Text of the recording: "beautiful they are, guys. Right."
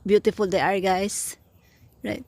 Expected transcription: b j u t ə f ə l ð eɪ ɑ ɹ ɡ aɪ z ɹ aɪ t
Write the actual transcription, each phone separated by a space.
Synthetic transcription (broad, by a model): b j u t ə f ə l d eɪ ɑ ɹ ɡ aɪ s ɹ aɪ t